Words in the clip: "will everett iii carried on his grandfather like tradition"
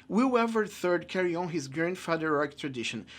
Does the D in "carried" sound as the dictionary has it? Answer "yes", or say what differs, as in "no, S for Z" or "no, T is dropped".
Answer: no, D is dropped